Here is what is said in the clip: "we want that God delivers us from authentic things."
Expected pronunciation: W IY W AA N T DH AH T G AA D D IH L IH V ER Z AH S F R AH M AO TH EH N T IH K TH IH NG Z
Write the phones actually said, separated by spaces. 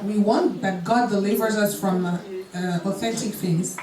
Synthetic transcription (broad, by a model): W IY W AA N T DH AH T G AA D D IH L IH V ER Z AH S F R AH M AO TH EH N T IH K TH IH NG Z